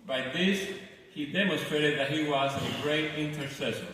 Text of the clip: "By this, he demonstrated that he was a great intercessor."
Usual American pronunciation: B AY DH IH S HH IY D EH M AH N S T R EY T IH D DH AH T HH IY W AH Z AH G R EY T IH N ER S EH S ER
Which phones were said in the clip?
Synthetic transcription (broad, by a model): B AY DH IH S HH IY D EH M AH N S T R EY T IH D DH AH T HH IY W AH Z AH G R EY T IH N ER S EH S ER